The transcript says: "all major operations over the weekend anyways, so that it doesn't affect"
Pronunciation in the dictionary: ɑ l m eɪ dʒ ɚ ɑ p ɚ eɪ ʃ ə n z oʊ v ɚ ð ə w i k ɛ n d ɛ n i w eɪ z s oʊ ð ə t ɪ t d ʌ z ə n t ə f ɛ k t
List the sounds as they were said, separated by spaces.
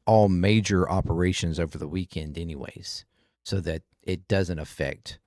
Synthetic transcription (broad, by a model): ɑ l m eɪ dʒ ɚ ɑ p ɚ eɪ ʃ ə n z oʊ v ɚ ð ə w i k ɛ n d ɛ n i w eɪ z s oʊ ð ə t ɪ t d ʌ z ə n t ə f ɛ k t